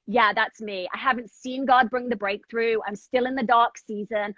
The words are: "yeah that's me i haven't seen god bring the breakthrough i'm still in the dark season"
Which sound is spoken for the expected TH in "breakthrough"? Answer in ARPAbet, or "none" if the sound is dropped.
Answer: TH